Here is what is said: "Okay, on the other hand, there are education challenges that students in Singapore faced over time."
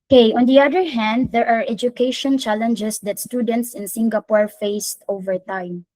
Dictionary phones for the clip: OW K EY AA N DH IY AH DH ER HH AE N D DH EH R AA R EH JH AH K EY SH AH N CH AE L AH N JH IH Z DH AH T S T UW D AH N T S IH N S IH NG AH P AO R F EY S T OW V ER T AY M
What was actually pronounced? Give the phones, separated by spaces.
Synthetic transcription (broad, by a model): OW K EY AA N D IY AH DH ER HH AE N D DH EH R AA R EH JH AH K EY SH AH N CH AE L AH N JH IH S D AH T S T UW D AH N T S IH N S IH NG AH P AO R F EY S T OW V ER T AY M